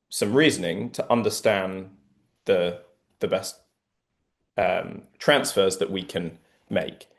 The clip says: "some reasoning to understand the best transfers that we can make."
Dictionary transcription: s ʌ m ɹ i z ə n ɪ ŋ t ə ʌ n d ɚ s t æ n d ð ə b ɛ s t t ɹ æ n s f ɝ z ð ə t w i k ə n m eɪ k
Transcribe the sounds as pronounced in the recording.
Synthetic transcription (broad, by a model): s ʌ m ɹ i z ə n ɪ ŋ t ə ʌ n d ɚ s t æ n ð ð ə b ɛ s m t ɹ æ n s f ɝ z ð ə t w i k ə n m eɪ k